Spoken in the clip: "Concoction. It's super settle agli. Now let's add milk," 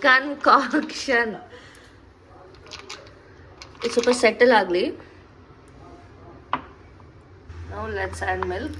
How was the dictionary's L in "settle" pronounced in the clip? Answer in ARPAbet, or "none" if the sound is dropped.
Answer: L